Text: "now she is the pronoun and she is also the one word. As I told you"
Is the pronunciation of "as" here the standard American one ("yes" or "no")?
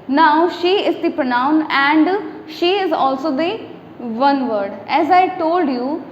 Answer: yes